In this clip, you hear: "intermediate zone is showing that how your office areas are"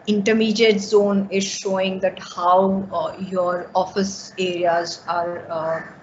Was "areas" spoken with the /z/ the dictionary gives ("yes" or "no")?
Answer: yes